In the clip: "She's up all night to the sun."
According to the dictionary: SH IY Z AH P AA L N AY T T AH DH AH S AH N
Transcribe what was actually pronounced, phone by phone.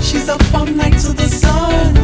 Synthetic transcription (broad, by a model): SH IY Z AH F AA N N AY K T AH DH AH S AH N